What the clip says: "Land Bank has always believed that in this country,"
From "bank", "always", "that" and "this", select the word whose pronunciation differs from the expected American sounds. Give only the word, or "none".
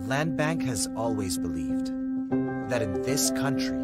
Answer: none